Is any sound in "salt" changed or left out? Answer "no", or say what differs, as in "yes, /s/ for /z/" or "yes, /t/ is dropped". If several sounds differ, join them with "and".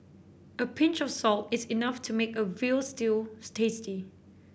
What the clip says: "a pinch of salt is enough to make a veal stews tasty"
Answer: no